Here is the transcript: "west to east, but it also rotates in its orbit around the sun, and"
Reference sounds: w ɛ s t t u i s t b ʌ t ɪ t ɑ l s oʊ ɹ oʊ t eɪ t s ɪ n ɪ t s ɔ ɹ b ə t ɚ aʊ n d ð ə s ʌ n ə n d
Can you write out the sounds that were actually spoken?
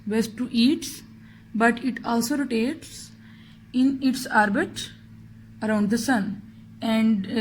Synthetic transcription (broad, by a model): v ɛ s t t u i t b ʌ t ɪ t ɑ l s oʊ ɹ oʊ t eɪ t s ɪ n ɪ t s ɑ ɹ b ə t ɚ aʊ n d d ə s ʌ n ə n d